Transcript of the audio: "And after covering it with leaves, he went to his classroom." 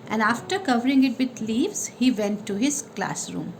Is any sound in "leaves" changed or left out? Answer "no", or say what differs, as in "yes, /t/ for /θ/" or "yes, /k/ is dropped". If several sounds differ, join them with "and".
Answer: no